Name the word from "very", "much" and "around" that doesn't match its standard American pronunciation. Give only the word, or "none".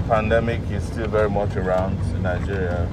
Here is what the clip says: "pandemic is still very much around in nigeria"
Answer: none